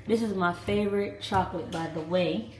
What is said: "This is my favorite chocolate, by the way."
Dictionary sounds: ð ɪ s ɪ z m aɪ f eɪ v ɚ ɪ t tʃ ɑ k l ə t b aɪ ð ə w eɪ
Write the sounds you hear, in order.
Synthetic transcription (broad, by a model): ð ɪ s ɪ z m aɪ f eɪ v ɚ ɪ t tʃ ɑ k l ə t b aɪ ð ə w eɪ